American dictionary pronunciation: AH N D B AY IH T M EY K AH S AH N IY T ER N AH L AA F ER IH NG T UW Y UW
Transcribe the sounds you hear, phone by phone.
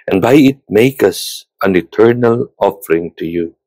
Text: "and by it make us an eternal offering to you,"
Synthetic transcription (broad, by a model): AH N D B AY IH T M EY K AH S AH N IY T ER N AH L AA F ER IH NG T UW Y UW